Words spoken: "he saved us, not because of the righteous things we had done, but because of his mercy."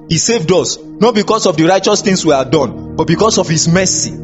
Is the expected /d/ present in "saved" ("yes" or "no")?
yes